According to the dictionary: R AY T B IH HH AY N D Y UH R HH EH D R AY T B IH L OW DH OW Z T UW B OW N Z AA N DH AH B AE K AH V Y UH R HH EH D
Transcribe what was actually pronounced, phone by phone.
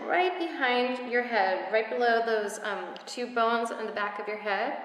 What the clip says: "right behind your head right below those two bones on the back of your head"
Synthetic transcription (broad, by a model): R AY T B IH HH AY N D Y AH R HH EH D R AY T B IH L OW DH OW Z T UW B OW N Z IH N DH AH B AE K AH V Y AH R HH EH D